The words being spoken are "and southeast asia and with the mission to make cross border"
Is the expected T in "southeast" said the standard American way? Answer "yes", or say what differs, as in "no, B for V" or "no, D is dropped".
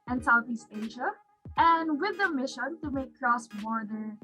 yes